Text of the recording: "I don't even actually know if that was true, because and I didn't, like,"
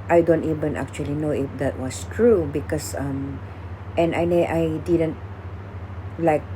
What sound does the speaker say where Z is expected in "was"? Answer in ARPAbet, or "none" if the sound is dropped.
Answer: S